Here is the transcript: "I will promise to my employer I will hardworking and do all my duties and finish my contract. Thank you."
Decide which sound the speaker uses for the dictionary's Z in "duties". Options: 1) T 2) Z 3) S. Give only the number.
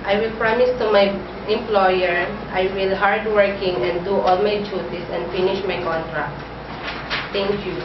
3